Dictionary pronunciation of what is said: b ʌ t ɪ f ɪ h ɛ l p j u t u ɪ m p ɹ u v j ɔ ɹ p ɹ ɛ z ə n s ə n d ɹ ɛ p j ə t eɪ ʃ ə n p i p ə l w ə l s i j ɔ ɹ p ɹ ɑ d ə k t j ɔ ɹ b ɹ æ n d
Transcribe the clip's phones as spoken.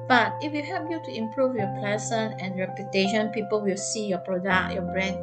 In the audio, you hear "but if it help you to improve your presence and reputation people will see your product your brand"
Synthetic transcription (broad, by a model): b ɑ t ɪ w ɪ h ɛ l p j u t u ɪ m p ɹ u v j ɔ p l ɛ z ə n ə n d ɹ ɛ p j ə t eɪ ʃ ə n p i p ə l w ə l s i j ɔ p ɹ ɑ d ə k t j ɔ b ɹ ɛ n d